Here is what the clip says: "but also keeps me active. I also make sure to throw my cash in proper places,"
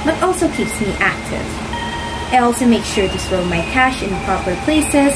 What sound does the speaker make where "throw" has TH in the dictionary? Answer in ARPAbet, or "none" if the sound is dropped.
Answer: S